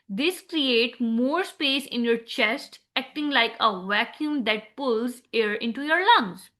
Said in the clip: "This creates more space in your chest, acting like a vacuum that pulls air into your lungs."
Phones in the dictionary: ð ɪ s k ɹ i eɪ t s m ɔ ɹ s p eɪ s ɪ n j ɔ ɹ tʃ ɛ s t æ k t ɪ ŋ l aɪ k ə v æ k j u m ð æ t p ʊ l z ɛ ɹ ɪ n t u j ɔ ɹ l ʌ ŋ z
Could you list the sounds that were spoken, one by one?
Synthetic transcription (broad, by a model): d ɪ s k ɹ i eɪ t m ɔ ɹ s p eɪ s ɪ n j ɔ ɹ tʃ ɛ s t æ k t ɪ ŋ l aɪ k ə v æ k j u m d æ t p ʊ l z ɛ ɹ ɪ n t u j ɔ ɹ l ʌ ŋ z